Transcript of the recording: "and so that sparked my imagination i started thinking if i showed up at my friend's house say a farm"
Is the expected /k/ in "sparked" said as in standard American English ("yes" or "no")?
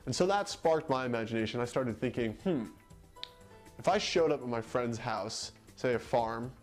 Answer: yes